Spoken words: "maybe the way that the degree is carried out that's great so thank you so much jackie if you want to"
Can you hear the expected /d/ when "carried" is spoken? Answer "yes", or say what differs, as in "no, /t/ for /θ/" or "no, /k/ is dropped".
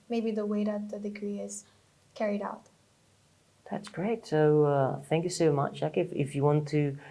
yes